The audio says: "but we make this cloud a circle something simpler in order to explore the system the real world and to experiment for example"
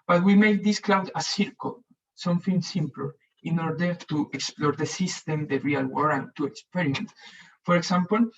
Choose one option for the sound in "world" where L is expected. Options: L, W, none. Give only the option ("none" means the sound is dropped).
none